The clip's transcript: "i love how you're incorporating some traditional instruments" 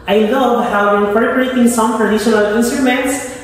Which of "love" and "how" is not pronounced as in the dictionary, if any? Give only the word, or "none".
none